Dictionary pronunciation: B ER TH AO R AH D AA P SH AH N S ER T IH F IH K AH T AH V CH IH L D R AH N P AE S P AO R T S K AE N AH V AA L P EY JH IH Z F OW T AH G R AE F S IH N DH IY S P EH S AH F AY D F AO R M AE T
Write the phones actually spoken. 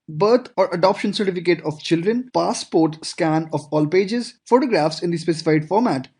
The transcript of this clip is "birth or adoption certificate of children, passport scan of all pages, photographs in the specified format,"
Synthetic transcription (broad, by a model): B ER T AO R AH D AA P SH AH N S ER T IH F IH K AH T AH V CH IH L D R AH N P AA S P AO R T S K AE N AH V AA L P EY JH IH Z F OW T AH G R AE F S IH N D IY S P EH S AH F AY D F AO R M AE T